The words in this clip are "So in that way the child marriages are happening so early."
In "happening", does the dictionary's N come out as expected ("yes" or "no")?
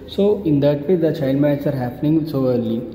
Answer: yes